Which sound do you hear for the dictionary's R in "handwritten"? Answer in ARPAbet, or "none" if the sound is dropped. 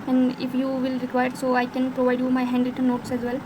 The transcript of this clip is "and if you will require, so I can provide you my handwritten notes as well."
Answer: none